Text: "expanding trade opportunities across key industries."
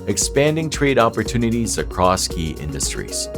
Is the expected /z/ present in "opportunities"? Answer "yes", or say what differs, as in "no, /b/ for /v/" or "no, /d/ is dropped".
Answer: yes